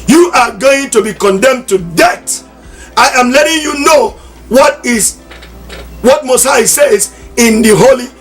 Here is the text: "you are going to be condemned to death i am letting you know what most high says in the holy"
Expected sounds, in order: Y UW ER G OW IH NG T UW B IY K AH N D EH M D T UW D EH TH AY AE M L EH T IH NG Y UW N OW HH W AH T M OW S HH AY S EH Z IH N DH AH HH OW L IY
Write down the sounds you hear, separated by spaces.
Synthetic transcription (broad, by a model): Y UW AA G OW IH NG T UW B IY K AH N D EH M T UW D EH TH AY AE M L EH T IH NG Y UW N OW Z W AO T M OW S AY S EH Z IH N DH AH HH OW L IY